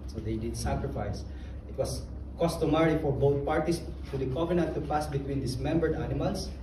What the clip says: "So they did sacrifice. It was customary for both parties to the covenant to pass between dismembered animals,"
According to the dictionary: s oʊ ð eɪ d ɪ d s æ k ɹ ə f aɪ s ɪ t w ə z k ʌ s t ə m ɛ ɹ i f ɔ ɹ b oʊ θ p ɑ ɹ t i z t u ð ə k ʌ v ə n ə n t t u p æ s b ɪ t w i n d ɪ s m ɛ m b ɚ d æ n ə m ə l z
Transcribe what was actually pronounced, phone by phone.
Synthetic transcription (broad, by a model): s oʊ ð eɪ d ɪ d s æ k ɹ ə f aɪ s ɪ t w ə s k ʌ s t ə m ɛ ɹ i f ɔ ɹ b oʊ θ p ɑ ɹ t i s t u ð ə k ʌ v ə n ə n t t u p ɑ s b ɪ t w i n d ɪ s m ɛ m b ɚ d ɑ n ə m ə l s